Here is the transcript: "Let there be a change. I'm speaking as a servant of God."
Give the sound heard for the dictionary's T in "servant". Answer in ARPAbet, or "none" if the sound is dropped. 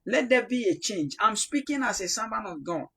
none